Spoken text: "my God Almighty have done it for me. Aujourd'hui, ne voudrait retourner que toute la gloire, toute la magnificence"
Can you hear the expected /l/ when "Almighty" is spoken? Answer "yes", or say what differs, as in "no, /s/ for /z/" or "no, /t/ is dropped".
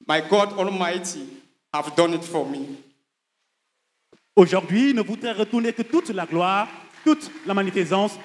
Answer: yes